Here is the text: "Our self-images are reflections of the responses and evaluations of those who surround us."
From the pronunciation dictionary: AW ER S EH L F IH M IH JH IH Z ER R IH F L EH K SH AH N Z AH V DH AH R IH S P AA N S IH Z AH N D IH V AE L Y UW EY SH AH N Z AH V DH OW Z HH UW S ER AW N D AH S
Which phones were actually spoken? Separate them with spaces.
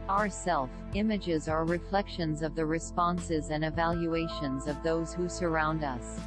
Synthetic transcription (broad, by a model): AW ER S EH L F IH M IH JH IH Z ER R IH F L EH K SH AH N Z AH V DH AH R IH S P AA N S IH Z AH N IH V AE L Y UW EY SH AH N Z AH V DH OW Z HH UW S ER AW N D AH S